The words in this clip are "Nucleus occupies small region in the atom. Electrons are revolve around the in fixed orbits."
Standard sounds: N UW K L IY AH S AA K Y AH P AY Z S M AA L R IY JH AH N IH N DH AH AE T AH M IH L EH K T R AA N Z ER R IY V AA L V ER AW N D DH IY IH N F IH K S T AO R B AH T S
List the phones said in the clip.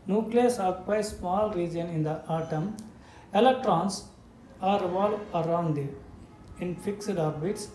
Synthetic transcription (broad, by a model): N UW K L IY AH S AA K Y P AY S M AA L R IY JH AH N IH N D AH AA T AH M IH L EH K T R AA N S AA R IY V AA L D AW N D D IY IH N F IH K S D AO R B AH T S